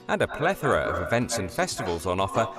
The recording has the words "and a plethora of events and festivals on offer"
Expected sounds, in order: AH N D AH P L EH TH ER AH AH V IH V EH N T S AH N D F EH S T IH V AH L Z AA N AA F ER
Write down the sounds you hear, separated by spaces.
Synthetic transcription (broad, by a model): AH N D AH P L EH TH ER AH AH V IH V EH N T S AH N F EH S T IH V AH L Z N AA F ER